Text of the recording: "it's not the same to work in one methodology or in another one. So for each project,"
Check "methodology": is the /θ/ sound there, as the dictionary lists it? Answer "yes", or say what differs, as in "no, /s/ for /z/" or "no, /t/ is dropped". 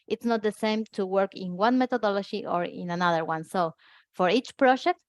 no, /t/ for /θ/